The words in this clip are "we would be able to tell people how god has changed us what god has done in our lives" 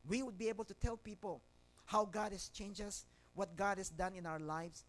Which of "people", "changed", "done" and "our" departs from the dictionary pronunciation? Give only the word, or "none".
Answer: changed